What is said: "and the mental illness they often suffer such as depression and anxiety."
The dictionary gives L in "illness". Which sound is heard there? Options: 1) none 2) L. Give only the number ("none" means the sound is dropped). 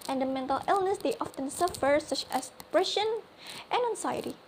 2